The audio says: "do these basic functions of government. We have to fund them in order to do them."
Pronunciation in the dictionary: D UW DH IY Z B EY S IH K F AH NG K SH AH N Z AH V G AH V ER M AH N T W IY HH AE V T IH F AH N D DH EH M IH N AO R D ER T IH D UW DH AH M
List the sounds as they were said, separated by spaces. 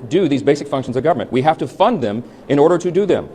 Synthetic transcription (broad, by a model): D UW DH IY Z B EY S IH K F AH NG K SH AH N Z AH V G AH V ER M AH N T W IY HH AE F T IH F AH N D DH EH M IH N AO R D ER T IH D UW DH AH M